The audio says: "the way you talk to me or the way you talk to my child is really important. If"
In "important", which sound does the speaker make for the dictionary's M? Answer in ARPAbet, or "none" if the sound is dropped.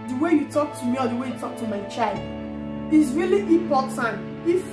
none